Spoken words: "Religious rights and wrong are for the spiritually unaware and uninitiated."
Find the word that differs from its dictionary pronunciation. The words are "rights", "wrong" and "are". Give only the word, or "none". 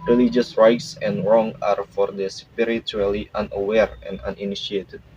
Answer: none